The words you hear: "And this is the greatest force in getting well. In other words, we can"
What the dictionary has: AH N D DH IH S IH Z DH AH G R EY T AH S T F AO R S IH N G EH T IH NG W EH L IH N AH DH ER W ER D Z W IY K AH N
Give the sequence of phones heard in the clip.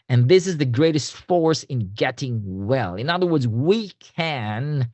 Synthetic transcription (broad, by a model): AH N DH IH S IH Z DH AH G R EY T AH S T F AO R S IH N G EH T IH NG W EH L IH N AH DH ER W ER D Z W IY K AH N